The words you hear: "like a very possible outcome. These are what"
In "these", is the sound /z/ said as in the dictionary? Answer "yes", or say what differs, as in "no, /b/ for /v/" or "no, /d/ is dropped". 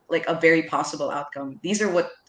yes